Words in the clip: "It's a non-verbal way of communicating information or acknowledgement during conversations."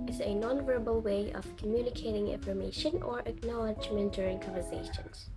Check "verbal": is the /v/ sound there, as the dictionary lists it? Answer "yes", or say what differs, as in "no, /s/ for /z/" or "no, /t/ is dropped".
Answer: yes